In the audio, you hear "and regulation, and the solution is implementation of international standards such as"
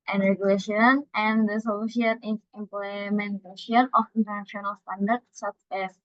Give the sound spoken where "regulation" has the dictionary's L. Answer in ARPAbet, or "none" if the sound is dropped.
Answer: L